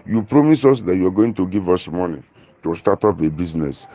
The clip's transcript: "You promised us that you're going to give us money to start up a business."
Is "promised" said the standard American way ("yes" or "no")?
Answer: no